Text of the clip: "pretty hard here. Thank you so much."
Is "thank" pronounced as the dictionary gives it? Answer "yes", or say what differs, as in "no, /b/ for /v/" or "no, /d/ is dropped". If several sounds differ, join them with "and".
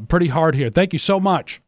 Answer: yes